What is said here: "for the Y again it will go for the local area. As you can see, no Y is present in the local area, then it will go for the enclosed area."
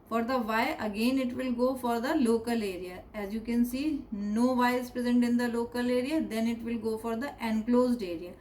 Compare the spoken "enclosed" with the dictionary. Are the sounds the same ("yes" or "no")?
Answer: yes